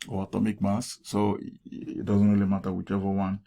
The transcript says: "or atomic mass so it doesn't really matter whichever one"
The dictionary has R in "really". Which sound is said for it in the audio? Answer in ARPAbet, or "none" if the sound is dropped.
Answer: W